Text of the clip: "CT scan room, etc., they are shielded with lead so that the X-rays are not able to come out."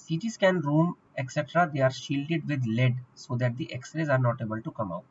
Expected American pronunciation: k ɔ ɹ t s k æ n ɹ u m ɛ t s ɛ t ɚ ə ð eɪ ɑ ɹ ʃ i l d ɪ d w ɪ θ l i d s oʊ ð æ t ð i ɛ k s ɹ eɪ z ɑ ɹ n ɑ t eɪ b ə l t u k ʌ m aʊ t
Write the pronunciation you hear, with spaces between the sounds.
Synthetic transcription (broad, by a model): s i t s k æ n ɹ u m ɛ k s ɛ t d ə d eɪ ɑ ɹ ʃ i l d ɪ d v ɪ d l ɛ d s oʊ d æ t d i ɛ k s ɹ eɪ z ɑ ɹ n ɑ t eɪ b ə l t u k ʌ m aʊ t